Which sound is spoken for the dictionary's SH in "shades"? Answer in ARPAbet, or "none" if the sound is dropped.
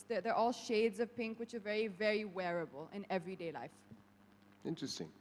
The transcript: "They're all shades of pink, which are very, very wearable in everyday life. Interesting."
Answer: SH